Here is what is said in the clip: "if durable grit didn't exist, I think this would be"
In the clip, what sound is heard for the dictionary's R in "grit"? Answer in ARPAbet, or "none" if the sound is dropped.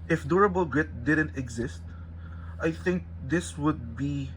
R